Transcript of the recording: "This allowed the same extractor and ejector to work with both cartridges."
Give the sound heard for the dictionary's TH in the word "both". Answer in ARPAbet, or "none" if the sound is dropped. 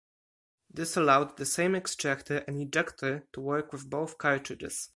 TH